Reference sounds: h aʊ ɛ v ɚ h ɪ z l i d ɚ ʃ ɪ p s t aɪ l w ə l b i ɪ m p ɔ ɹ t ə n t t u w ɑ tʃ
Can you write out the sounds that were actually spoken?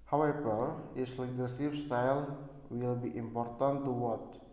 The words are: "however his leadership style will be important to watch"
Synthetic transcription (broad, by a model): h aʊ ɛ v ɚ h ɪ s l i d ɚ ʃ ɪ f s t aɪ l w ə l b i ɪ m p ɔ ɹ t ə n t t u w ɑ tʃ